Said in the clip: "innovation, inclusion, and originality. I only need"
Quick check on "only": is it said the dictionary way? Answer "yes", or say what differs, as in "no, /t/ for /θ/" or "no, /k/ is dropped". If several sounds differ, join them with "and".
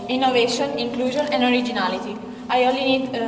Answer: no, /n/ is dropped